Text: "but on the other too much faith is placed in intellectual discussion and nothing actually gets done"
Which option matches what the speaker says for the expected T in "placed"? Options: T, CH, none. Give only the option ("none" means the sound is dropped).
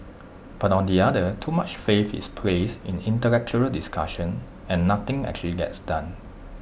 none